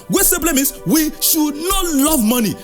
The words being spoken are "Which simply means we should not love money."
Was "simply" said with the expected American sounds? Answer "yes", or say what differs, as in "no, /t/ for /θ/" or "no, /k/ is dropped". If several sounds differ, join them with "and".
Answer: no, /m/ is dropped